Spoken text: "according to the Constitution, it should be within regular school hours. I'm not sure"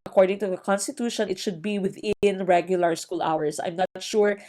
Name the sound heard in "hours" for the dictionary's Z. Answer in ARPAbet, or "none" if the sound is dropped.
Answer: S